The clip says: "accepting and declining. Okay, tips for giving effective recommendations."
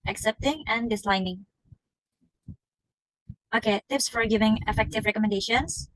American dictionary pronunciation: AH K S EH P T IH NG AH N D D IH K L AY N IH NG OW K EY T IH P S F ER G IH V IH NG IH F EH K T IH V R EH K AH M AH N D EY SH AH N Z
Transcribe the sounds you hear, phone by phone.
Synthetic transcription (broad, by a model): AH K S EH P T IH NG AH N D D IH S L AY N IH NG OW K EY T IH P S F ER G IH V IH NG IH F EH K T IH V R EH K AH M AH N D EY SH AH N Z